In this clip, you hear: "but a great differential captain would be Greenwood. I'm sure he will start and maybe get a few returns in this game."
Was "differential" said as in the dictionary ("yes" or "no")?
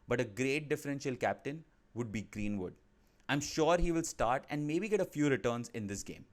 yes